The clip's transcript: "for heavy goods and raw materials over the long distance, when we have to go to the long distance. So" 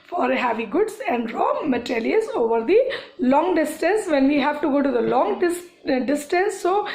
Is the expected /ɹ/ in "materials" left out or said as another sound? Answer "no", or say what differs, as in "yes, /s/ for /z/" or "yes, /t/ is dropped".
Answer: yes, /l/ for /ɹ/